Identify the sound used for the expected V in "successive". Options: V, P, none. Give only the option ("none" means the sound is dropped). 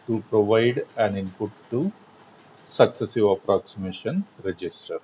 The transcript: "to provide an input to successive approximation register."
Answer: V